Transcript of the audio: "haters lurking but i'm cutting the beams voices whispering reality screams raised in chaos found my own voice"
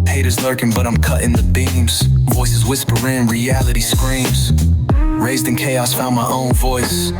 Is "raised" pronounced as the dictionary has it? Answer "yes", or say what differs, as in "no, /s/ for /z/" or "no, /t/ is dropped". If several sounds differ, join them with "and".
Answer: yes